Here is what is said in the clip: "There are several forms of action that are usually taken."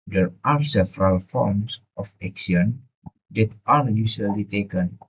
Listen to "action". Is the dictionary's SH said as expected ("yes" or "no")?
no